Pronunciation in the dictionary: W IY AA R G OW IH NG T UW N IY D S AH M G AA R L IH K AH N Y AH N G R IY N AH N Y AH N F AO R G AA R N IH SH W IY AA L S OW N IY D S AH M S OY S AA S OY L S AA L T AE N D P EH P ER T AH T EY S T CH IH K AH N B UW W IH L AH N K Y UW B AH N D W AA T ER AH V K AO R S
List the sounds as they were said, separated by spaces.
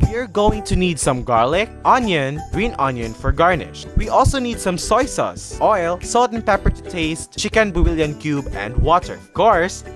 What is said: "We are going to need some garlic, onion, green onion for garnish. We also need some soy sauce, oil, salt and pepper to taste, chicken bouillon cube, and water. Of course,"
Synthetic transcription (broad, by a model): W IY R G OW IH NG T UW N IY D S AH M G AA R L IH K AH N Y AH N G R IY N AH N Y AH N F AO R G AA R N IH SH W IY AA L S OW N IY D S AH M S OY S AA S OY L S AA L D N P EH P ER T T EY S T CH IH K AH N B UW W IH L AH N K Y UW B AH N D W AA T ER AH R K AO R S